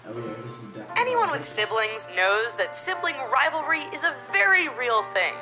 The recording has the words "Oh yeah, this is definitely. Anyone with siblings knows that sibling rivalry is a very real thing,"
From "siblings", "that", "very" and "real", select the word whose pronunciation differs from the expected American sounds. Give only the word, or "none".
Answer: none